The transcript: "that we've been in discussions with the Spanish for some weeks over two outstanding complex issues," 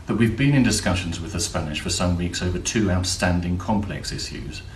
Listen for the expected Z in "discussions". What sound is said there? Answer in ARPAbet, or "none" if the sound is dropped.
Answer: Z